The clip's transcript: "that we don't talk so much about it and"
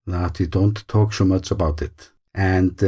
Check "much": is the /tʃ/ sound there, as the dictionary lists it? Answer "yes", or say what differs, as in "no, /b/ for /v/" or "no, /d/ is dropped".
yes